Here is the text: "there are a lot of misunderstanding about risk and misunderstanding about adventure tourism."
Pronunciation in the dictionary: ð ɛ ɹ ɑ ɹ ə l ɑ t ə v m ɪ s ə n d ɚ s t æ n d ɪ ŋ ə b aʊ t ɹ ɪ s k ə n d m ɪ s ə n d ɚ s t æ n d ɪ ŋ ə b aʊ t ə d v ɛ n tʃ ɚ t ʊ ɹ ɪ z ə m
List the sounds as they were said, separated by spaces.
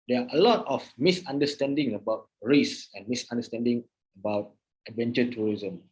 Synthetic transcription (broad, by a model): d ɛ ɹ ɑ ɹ ə l ɑ t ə f m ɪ s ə n d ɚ s t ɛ n d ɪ ŋ ə b aʊ t ɹ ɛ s ə n m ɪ s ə n d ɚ s t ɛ n d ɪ ŋ ə b aʊ t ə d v ɛ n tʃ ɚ t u ɹ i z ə m